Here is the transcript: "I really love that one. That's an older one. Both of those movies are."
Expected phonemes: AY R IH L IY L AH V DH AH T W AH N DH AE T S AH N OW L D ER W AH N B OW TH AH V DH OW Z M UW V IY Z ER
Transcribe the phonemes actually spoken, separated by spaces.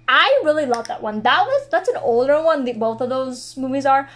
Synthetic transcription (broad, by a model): AY R IH L IY L AH V DH AH T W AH N DH AE T S AH N OW L D ER W AH N B OW TH AH V DH OW Z M UW V IY Z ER